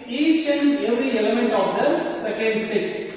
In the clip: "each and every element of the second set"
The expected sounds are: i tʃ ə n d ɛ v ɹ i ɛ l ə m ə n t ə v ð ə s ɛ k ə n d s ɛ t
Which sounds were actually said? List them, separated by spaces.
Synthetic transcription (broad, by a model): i tʃ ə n ɛ v ɹ i ɛ l ə m ə n t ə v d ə s ɛ k ə n d s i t